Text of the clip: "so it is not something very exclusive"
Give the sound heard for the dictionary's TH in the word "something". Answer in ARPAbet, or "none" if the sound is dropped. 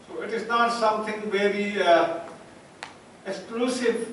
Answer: T